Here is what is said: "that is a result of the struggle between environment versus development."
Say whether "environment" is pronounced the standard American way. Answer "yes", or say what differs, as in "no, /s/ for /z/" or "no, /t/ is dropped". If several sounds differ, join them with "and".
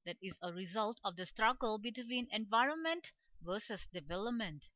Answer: yes